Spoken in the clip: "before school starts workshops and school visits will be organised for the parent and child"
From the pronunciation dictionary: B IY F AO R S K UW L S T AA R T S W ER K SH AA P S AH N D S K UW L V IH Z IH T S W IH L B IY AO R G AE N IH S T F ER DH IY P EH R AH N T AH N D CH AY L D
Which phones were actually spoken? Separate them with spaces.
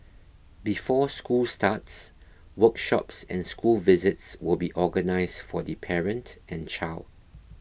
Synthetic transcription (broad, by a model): B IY F AO S K UW L S T AA T S W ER K SH AA P S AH N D S K UW L V IH Z IH T S W IH L B IY AO G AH N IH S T F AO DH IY P EH R AH N T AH N CH AY L D